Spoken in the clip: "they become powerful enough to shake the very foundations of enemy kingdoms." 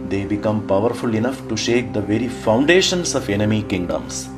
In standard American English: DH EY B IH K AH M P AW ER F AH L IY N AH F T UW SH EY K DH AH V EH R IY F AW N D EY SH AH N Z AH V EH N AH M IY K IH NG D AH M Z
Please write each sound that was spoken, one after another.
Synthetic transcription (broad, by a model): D EY B IH K AH M P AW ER F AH L IY N AH F T UW SH EY K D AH V EH R IY F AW N D EY SH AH N S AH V EH N AH M IY K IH NG D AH M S